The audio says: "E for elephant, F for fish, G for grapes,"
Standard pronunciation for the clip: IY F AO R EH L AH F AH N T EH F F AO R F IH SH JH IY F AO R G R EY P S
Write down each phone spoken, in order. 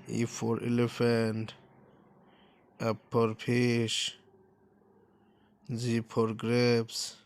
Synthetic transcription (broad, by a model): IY F AO R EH L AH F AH N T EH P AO R P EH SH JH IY P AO R G R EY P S